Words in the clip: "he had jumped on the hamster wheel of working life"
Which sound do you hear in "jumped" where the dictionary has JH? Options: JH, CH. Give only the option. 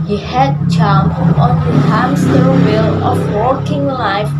CH